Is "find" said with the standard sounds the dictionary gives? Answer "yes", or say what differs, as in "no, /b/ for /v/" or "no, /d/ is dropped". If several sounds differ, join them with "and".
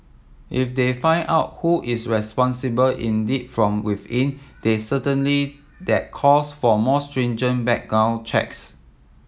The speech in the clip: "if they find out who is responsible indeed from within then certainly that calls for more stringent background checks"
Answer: no, /d/ is dropped